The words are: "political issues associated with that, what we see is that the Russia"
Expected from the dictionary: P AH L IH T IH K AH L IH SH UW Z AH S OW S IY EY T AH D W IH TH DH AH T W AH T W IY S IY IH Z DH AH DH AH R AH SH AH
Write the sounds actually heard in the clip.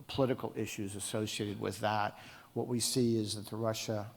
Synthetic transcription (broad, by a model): P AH L IH T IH K L IH SH UW Z AH S OW S IY EY T AH D W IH DH AH T W AH T W IY S IY IH Z DH AH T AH R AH SH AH